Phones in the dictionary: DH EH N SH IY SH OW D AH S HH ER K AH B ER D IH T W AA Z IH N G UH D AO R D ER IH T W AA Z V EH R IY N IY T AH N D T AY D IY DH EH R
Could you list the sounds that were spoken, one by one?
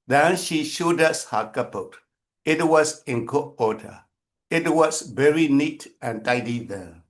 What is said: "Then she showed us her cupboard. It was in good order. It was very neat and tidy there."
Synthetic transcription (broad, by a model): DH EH N SH IY SH OW D AH S HH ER K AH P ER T IH T W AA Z IH N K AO AO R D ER IH T W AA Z V EH R IY N IY T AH N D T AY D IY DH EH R